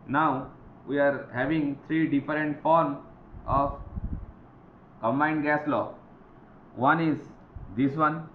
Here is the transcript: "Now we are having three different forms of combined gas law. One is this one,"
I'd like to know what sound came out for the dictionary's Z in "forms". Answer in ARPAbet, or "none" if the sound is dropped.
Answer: none